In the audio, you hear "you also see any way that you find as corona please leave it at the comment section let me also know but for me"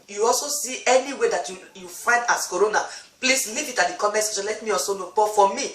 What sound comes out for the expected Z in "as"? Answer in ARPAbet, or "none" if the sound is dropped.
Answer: S